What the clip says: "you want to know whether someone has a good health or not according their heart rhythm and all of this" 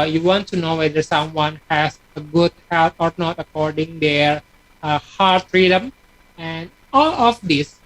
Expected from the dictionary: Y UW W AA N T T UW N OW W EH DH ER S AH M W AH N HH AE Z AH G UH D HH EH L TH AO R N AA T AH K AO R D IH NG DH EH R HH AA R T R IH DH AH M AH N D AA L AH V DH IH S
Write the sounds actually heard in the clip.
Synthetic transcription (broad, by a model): Y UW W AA N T T UW N OW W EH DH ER S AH M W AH N HH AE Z AH G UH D HH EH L T AO R N AA T AH K AO R D IH NG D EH R HH AA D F R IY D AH M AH N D AA L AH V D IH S